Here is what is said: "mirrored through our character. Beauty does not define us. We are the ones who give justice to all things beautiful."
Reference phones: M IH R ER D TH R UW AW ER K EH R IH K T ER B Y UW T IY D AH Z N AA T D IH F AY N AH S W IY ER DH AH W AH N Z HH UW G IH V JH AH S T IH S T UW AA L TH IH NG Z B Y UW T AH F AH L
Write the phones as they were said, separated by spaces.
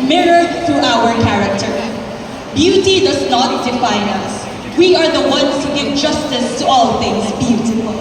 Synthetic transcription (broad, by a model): M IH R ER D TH R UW AW ER K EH R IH K T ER B Y UW T IY D AH Z N AA T D IH F AY N AH S W IY ER DH AH W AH N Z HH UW G IH V JH AH S T IH S T UW AA L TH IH NG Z B Y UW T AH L